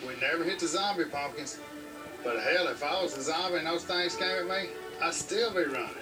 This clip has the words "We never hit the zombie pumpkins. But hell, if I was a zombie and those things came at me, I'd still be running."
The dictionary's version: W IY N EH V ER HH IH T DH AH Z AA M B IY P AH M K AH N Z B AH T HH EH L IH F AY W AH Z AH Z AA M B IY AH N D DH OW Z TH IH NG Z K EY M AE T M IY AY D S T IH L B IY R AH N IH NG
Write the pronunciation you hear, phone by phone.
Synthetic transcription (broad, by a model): W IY N EH V ER HH IH T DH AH Z AA M B IY P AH K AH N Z B AH T HH EH L IH F AY W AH Z AH Z AA M B IY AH N DH OW Z TH IH NG Z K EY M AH M IY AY S T IH L B IY R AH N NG